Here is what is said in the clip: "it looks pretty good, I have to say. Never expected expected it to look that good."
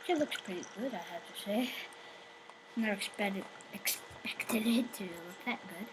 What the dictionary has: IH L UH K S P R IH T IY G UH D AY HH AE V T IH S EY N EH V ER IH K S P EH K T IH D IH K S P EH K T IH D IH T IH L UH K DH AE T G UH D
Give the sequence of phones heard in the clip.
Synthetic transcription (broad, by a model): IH L UH K S P R IH T IY G UH D AY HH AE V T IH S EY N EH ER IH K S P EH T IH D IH K S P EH K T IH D IH T IH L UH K DH AE T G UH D